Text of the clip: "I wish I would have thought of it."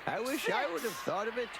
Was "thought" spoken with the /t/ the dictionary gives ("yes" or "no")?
yes